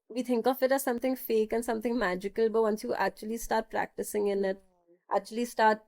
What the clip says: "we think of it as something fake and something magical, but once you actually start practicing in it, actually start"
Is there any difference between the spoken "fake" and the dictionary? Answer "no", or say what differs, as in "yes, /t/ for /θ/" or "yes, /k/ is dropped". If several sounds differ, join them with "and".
no